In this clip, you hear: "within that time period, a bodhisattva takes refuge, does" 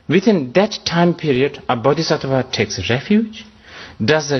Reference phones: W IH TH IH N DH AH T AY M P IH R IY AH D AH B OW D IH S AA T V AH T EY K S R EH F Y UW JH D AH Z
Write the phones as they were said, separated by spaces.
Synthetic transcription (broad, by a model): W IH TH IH N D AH T AY M P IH R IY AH D AH B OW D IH S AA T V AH T EY K S R EH F Y UW JH D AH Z